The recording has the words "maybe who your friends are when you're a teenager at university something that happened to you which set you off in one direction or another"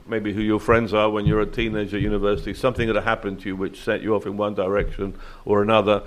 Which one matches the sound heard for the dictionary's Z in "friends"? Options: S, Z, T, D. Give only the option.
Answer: Z